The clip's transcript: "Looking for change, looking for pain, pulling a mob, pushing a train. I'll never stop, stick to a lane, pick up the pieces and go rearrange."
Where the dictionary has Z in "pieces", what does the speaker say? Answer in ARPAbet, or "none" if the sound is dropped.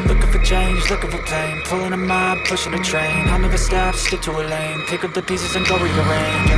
Z